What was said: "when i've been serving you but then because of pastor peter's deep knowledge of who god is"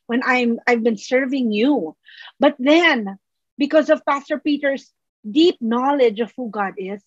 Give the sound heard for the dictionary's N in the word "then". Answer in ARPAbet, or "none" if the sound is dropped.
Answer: N